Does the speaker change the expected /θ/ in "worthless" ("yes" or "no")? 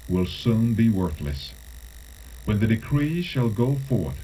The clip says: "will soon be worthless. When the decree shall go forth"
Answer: no